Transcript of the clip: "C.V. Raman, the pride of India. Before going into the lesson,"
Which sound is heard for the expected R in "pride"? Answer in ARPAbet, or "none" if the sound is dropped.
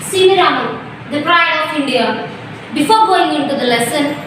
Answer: R